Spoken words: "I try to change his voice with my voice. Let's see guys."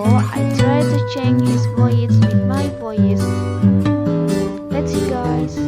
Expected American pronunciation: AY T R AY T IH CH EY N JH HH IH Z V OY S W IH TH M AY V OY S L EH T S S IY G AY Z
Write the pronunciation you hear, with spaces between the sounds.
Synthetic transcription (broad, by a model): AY T R AY T IH CH EY N JH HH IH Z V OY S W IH M AY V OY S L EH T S S IY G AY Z